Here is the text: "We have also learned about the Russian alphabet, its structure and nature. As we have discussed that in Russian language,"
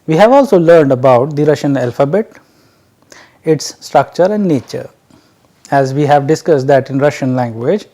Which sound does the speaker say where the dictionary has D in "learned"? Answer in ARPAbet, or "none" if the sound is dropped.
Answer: D